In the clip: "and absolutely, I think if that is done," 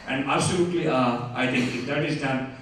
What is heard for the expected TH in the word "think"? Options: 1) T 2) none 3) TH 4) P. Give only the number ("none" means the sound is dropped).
1